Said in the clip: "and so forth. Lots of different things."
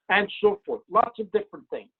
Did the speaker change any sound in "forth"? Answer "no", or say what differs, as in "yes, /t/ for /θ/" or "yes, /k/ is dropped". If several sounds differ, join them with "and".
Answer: no